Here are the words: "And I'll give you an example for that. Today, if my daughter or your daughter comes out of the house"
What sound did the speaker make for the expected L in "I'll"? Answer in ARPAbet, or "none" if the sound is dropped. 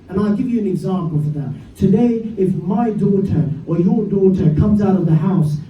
L